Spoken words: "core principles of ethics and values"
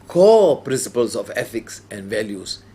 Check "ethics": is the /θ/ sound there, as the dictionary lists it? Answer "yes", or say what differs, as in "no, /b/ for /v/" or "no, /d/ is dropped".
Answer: no, /f/ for /θ/